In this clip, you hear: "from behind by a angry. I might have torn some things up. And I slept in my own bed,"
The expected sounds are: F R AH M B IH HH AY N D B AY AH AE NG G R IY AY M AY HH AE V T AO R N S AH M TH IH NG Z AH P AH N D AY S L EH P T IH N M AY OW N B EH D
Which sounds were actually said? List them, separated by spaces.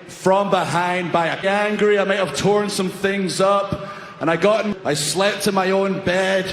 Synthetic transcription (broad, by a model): F R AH M B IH HH AY N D B AY AH AE NG G R IY AY M AY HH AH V T AO R N S AH M TH IH NG Z AH P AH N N AY S L EH P T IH M AY OW N B EH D